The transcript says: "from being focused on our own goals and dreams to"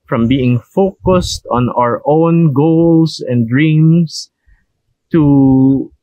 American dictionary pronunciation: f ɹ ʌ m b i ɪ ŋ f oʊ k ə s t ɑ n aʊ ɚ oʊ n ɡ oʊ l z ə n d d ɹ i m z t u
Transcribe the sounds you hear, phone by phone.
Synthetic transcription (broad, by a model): f ɹ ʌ m b i ɪ ŋ f oʊ k ə s t ɑ n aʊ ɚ oʊ n ɡ oʊ l s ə n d d ɹ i m s t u